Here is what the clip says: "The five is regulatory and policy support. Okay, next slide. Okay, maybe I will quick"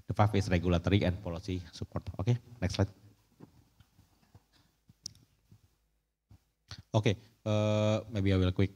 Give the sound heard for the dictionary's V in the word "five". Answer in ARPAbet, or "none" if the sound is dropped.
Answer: F